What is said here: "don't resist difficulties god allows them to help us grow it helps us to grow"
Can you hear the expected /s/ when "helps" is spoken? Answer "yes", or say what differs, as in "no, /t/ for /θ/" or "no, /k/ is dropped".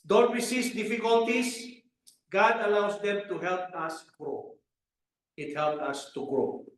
no, /s/ is dropped